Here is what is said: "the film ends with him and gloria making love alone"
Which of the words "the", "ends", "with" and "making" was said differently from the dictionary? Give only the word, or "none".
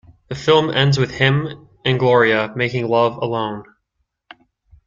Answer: none